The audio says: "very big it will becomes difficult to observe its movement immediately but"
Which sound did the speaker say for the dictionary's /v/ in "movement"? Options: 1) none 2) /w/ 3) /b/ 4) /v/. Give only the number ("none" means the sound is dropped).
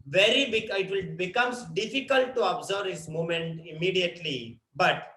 1